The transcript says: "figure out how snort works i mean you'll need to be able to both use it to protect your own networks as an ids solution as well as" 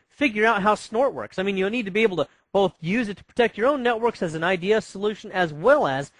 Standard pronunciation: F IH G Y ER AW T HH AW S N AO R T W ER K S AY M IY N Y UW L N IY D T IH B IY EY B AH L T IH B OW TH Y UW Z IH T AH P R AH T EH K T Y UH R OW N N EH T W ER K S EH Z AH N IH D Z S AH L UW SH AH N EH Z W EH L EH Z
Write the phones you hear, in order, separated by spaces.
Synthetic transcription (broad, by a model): F IH G Y ER AW T HH AW S N AO R T W ER K S AY M IY N Y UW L N IY D T IH B IY EY B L T IH B OW TH Y UW Z IH T AH P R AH T EH K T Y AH R OW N N EH T W ER K S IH Z N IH D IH S AH L UW SH AH N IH Z W EH L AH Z